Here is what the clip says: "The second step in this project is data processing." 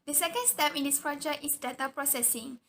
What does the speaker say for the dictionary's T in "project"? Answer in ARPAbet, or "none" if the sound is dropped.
none